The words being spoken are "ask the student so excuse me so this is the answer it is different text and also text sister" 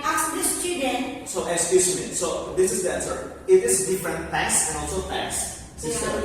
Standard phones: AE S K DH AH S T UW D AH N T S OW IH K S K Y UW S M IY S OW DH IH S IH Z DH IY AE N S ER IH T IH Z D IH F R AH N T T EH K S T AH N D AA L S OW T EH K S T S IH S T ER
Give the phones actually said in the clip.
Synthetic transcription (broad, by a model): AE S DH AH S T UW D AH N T S OW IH S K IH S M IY S OW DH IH S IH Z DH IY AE N S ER IH T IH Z D IH F R AH N T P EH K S AH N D AA L S OW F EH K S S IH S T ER